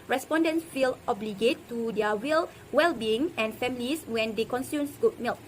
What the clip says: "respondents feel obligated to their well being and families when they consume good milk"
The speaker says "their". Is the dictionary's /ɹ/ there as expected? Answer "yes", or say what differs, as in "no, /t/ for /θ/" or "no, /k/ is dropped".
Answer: no, /l/ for /ɹ/